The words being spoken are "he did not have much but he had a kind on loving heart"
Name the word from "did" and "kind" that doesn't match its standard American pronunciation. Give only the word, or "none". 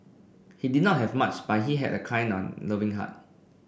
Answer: kind